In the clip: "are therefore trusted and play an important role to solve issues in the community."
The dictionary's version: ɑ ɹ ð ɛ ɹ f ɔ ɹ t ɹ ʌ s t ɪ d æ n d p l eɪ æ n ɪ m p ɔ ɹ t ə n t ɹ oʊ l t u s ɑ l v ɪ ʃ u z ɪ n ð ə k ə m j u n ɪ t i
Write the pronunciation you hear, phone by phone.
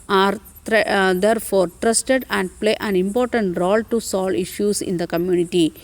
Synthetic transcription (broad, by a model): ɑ ɹ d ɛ ɹ f ɔ ɹ t ɹ ʌ s t ɪ d æ n d p l eɪ æ n ɪ m p ɔ ɹ t ə n t ɹ oʊ l t u s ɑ l ɪ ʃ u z ɪ n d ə k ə m j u n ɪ t i